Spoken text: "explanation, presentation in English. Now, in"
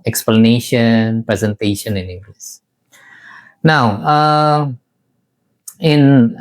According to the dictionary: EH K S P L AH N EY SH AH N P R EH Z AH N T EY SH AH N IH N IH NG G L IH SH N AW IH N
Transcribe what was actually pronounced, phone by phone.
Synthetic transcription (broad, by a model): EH K S P L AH N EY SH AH N P R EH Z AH N T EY SH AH N IH N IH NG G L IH S N AW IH N